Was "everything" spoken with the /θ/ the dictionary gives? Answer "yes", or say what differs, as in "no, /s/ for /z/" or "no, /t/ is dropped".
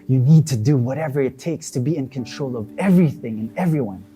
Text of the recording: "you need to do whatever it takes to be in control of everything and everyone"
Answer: yes